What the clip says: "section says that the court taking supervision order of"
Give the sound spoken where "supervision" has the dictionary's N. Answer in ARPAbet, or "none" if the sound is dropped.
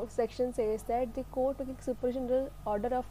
L